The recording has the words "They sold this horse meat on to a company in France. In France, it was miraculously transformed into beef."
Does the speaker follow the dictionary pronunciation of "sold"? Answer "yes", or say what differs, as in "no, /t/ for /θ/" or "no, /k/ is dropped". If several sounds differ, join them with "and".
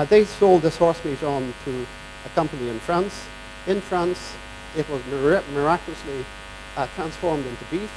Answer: yes